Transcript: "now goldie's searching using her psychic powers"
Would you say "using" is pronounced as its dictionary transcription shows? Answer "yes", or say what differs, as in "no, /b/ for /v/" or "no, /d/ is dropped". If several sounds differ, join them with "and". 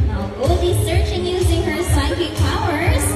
yes